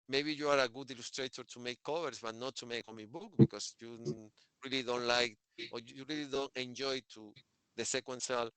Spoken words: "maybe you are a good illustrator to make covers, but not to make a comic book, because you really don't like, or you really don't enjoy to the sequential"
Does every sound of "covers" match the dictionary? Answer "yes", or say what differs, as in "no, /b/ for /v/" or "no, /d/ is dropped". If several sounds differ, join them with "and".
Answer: no, /s/ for /z/